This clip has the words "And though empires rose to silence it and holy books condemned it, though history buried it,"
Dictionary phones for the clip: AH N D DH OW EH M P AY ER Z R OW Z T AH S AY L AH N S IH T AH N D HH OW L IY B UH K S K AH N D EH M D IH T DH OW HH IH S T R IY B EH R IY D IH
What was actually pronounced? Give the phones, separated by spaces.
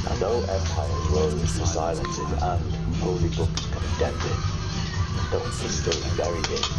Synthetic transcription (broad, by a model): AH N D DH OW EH M P AY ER R OW Z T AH S AY L AH N S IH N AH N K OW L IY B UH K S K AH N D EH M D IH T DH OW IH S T IY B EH R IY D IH